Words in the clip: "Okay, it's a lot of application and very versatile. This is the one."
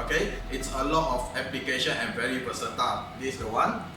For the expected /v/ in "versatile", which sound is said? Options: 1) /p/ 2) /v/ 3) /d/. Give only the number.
1